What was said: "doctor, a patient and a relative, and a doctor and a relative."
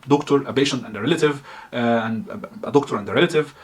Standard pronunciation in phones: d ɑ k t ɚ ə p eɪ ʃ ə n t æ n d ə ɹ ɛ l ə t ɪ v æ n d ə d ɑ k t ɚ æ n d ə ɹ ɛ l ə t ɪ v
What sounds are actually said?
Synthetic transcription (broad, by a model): d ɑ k t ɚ ə b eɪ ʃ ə n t æ n d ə ɹ ɛ l ə t ɪ v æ n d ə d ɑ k t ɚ æ n d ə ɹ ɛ l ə t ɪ v